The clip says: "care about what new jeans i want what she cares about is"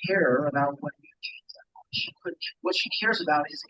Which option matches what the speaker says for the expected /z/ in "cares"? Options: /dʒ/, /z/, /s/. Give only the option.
/z/